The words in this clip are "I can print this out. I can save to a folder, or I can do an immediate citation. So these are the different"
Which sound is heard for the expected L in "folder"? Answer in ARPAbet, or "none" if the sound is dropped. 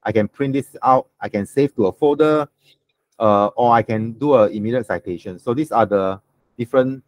none